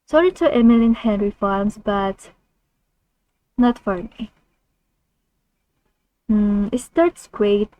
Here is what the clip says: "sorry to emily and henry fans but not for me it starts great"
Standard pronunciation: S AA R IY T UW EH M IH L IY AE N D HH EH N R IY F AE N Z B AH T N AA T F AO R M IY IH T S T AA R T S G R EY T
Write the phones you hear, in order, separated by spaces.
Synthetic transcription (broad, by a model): S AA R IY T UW EH M IH L IY N HH EH N R IY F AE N S B AH T N AA T F AO R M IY IH T S T AA R T S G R EY T